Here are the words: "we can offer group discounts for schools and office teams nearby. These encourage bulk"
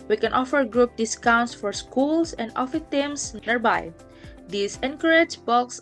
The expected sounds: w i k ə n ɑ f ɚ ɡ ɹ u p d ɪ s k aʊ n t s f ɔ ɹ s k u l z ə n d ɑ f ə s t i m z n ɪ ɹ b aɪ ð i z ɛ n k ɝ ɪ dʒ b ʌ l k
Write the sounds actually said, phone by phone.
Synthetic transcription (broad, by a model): w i k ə n ɑ f ɚ ɡ ɹ u p d ɪ s k aʊ n t s f ɔ ɹ s k u l s ə n d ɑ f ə t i m s n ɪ ɹ b aɪ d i s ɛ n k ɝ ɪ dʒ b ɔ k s